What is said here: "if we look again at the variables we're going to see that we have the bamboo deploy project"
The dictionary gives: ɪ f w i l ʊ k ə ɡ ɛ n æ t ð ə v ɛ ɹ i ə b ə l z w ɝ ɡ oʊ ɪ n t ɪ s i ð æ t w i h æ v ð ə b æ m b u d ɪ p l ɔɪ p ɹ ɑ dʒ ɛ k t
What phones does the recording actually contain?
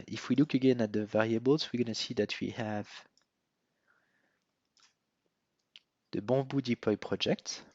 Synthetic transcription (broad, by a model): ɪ f w i l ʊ k ə ɡ ɛ n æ t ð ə v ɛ ɹ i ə b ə l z w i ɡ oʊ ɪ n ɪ s i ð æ t w i h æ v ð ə b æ b u d ɪ p l ɔɪ p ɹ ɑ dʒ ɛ k t